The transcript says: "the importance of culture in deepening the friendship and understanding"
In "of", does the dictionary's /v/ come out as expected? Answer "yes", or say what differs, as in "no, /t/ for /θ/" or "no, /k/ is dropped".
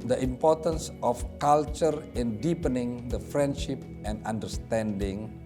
no, /f/ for /v/